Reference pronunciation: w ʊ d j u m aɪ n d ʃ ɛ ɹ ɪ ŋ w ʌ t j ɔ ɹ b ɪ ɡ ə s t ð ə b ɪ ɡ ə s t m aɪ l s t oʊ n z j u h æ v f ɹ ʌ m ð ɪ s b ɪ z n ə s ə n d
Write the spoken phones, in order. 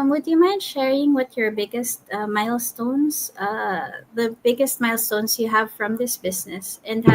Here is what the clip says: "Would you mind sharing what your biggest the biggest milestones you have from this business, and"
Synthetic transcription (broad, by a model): w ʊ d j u m aɪ n d ʃ ɛ ɹ ɪ ŋ w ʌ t j ɔ ɹ b ɪ ɡ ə s t ð ə b ɪ ɡ ə s t m aɪ l s t oʊ n s j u h æ v f ɹ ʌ m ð ɪ s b ɪ s n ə s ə n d